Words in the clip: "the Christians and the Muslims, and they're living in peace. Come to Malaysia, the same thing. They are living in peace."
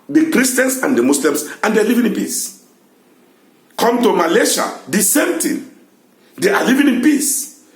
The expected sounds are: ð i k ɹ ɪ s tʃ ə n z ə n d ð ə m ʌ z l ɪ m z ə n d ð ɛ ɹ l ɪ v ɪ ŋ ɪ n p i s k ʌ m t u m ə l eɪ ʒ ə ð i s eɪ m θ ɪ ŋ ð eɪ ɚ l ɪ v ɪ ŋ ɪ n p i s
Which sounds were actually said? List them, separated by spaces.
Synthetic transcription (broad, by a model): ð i k ɹ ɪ s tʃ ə n s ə n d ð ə m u s l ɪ m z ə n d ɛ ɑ l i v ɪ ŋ ɪ n p i s k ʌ m t u m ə l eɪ ʃ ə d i s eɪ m t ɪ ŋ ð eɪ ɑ l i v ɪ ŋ ɪ n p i s